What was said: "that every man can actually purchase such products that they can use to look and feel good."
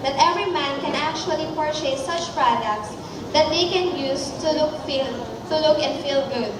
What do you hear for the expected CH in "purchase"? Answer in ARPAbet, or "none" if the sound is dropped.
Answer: SH